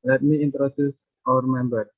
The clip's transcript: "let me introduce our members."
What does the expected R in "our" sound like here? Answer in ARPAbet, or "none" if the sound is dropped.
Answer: R